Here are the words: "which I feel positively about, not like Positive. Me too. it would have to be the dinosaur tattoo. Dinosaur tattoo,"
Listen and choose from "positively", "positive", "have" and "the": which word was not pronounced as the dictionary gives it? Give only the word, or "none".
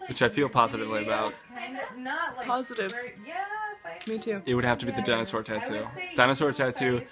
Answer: have